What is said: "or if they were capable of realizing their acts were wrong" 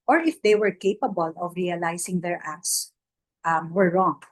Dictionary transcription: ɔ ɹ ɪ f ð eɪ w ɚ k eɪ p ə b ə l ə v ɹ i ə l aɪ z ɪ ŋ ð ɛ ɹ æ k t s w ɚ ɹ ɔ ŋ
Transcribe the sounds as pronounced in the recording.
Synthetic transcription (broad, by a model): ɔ ɹ ɪ f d eɪ w ɚ k eɪ p ə b ə l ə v ɹ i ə l aɪ s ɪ ŋ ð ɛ ɹ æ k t s w ɚ ɹ ɔ ŋ